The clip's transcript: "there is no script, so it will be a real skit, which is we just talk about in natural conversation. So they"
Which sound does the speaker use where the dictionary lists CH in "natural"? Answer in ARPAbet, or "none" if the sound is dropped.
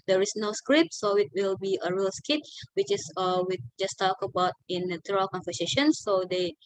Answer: none